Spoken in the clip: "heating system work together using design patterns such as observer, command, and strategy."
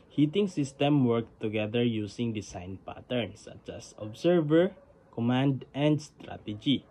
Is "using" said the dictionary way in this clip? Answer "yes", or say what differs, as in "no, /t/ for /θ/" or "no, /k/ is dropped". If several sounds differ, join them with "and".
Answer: no, /s/ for /z/